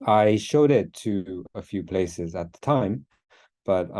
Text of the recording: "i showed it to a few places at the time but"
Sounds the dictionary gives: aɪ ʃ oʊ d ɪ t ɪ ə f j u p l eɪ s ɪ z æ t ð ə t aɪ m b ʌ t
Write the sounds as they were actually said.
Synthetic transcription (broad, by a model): aɪ ʃ oʊ d ɪ t ɪ ə f j u p l eɪ s ɪ z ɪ t ð ə t aɪ m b ʌ t